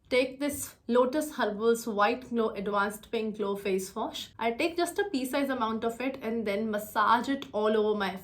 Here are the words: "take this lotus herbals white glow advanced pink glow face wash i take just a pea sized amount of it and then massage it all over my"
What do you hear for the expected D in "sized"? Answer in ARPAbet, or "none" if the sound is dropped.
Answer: none